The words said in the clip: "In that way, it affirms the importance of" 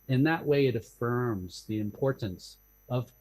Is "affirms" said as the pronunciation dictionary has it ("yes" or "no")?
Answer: yes